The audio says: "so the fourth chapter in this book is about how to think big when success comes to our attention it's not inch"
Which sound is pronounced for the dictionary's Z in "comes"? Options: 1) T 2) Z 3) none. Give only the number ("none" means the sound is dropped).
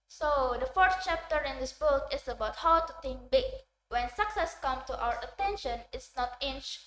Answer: 3